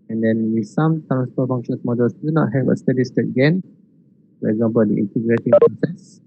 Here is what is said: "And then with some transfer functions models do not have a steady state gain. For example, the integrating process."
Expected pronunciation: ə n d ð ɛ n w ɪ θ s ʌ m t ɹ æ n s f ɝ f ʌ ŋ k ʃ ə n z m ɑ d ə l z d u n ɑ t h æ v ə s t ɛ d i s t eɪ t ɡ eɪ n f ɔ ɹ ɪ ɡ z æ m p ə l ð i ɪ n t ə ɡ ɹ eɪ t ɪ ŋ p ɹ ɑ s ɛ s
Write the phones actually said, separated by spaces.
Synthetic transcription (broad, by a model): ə n d ɛ n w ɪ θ s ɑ m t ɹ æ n s p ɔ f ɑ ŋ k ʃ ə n s m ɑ d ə l s d u n ɑ t h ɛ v ə s t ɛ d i s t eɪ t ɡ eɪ n f ɔ ɹ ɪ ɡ z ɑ m p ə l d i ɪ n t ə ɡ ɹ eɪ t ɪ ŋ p ɹ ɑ s ɛ s